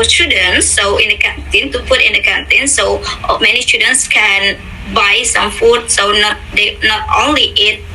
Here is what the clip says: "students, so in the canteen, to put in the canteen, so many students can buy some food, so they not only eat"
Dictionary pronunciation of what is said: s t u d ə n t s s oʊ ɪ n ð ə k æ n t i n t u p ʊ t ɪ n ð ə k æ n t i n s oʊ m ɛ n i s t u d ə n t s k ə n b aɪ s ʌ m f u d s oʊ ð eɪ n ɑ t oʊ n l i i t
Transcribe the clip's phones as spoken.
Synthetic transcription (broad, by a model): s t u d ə n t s s oʊ ɪ n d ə k æ n t i n t u f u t ɪ n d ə k æ n t i n s oʊ m ɛ n i s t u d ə n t s k ə n b aɪ s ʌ m f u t s oʊ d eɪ n ɑ t oʊ n l i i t